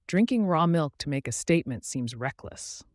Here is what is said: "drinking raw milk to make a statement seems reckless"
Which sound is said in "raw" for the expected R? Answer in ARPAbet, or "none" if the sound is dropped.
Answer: R